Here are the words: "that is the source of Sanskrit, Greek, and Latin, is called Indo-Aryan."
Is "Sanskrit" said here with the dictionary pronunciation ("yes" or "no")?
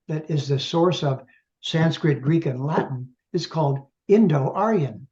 yes